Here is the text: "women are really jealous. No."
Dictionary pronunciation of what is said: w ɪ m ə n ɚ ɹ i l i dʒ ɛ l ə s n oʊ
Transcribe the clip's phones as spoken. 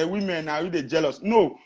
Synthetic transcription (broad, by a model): w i m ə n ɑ w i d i dʒ ɛ l ə s n oʊ